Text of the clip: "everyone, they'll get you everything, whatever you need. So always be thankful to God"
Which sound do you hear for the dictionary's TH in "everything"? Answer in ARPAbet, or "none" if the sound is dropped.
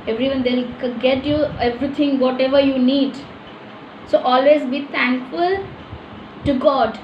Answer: T